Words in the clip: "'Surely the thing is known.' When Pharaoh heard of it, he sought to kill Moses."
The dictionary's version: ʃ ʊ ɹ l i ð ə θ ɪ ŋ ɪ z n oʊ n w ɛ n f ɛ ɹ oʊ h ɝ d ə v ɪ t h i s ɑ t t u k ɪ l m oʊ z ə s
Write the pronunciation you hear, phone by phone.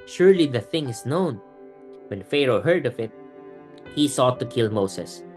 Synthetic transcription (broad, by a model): ʃ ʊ ɹ l i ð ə θ ɪ ŋ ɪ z n oʊ n w ɛ n f ɛ ɹ oʊ h ɝ d ə v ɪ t h i s ɑ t t u k ɪ l m oʊ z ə s